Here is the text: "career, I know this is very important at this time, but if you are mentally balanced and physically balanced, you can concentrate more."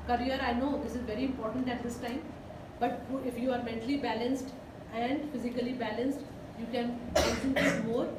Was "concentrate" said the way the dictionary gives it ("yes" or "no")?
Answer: no